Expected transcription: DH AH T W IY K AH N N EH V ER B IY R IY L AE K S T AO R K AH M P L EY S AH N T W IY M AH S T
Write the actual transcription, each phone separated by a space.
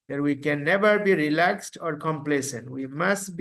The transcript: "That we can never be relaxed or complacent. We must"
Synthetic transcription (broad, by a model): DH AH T W IY K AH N N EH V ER B IY R IY L AE K S T AO R K AH M P L EY S AH N T W IY M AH S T